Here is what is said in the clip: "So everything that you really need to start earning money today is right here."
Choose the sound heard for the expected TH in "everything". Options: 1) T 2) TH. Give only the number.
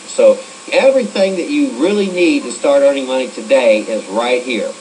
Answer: 2